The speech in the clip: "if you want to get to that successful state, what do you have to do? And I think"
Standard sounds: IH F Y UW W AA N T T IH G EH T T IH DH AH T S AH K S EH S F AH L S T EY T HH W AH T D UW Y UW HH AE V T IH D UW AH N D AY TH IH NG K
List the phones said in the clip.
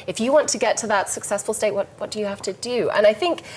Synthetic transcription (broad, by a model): IH F Y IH W AA N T T IH G EH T T IH DH AH T S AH K S EH S F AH L S T EY T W W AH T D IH Y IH HH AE F T IH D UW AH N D AY TH IH NG K